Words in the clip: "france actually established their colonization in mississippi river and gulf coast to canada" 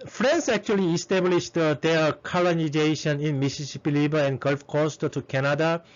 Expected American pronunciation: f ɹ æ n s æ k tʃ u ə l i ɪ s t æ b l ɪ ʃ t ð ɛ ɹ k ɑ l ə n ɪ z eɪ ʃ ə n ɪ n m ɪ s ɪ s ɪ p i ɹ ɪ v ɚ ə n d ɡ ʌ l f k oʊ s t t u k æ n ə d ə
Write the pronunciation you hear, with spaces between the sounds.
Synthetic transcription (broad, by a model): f ɹ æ n s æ k tʃ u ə l i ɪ s t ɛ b l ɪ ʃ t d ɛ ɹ k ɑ l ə n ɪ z eɪ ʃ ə n ɪ n m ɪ s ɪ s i p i l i b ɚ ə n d ɡ ʌ l f k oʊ s t t u k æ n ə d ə